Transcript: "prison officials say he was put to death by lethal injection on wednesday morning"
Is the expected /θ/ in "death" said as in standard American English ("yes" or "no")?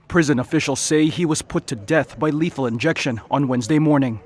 yes